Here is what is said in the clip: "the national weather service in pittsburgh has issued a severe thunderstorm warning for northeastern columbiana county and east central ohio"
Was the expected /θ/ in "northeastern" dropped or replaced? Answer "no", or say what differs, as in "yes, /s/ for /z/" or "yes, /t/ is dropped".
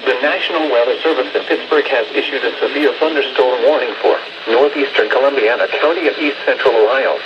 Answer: no